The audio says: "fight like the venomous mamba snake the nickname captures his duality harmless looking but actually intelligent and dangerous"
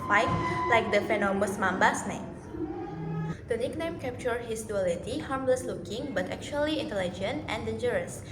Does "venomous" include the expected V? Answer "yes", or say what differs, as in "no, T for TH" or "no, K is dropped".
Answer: no, F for V